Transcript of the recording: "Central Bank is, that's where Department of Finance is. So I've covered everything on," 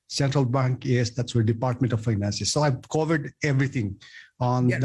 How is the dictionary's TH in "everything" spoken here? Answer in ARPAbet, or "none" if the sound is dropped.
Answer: T